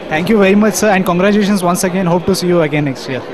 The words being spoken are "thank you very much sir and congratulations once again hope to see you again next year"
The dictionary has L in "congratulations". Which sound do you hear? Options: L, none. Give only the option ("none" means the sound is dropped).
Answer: none